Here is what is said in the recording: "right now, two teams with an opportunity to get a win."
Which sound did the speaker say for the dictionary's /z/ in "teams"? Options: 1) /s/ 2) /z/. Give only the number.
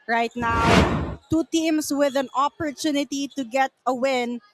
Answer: 1